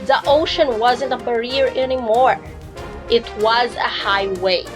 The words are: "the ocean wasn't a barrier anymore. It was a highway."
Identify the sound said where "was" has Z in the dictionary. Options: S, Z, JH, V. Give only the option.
Z